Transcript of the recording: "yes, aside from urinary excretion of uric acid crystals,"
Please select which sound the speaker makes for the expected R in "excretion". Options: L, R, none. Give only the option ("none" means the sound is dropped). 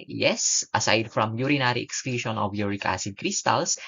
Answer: L